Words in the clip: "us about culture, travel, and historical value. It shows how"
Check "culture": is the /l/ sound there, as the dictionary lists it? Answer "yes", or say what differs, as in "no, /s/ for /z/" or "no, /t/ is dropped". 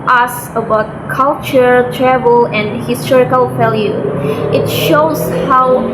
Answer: yes